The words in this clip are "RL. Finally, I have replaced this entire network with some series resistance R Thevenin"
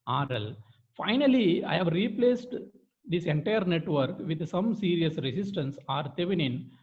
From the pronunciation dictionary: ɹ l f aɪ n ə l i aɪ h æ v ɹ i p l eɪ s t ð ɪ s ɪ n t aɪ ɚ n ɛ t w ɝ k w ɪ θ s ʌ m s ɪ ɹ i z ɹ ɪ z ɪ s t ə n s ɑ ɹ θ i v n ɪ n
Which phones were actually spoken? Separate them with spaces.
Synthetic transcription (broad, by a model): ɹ l f aɪ n ə l i aɪ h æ v ɹ i p l eɪ s t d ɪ s ɪ n t aɪ ɚ n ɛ t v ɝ k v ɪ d s ʌ m s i ɹ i s ɹ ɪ s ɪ s t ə n s ɑ ɹ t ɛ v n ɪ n